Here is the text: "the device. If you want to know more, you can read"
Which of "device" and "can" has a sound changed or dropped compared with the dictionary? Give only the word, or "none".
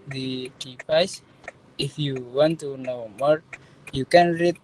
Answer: device